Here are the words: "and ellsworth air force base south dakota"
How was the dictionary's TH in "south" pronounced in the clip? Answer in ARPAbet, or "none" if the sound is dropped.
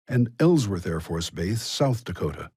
TH